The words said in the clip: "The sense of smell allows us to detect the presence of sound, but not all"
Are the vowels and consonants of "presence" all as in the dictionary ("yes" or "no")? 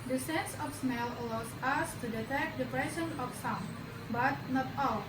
no